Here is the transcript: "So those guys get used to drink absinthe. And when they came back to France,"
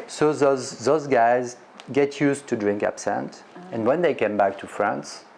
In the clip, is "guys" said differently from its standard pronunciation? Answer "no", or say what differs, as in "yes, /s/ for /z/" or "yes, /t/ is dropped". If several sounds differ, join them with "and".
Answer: no